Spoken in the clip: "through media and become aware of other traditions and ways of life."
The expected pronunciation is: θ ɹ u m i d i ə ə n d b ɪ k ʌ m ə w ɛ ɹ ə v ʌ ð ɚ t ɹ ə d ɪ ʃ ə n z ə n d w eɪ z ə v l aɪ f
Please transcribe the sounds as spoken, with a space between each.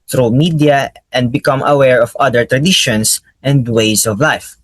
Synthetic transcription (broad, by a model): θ ɹ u m i d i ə ə n d b ɪ k ʌ m ə w ɛ ɹ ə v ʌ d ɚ t ɹ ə d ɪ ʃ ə n s ə n d w eɪ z ə v l aɪ f